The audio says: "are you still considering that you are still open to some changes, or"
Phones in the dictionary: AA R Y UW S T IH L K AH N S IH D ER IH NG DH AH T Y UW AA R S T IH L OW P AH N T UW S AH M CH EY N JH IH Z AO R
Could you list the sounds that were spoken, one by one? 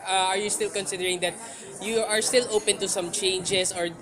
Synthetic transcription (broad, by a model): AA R Y UW S T IH L K AH N S IH D ER IH NG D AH T Y UW AA R S T IH L OW P AH N T UW S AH M CH EY N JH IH S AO R